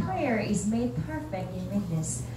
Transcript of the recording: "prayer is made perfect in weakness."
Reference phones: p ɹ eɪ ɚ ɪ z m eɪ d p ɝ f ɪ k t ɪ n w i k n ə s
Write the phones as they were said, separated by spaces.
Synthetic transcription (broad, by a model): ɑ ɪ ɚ ɪ z m eɪ d p ɝ f ɪ k t ɪ n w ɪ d n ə s